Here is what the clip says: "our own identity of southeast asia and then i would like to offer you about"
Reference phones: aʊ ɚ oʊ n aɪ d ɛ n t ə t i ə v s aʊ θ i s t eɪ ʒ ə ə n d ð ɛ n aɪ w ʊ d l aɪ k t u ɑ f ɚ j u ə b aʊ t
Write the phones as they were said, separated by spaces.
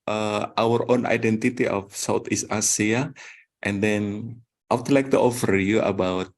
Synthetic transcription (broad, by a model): aʊ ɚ oʊ n aɪ d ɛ n t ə t i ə f s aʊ t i s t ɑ s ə ə n d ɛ n aɪ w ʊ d l aɪ k t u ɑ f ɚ j u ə b aʊ t